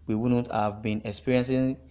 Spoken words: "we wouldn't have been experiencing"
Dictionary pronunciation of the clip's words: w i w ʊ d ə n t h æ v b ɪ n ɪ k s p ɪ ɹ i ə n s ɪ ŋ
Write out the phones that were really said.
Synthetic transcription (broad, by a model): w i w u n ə t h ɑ v b ɪ n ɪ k s p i ɹ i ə n s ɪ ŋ